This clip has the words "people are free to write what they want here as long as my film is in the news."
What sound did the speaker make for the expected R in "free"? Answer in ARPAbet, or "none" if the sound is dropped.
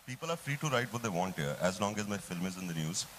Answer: R